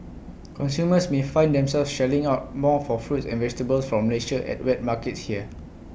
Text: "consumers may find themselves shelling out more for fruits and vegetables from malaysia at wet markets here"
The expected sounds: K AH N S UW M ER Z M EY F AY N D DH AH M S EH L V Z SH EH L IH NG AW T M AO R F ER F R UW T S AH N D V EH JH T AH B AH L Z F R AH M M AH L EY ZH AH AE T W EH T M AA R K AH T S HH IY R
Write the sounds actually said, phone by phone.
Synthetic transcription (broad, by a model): K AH N S UW M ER S M EY F AY N D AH M S EH L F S SH EH L IH NG AW T M AO F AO F R UW T S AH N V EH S T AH B AH L S F R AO M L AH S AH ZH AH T W EH T M AA K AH T S HH IY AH